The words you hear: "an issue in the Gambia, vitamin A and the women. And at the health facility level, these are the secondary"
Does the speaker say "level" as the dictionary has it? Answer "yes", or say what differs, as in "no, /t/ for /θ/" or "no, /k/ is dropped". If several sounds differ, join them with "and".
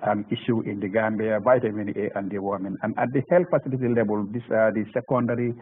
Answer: no, /b/ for /v/